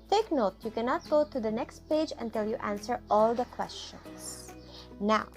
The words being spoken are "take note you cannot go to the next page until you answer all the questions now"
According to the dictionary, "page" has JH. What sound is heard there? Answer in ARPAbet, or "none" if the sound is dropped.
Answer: JH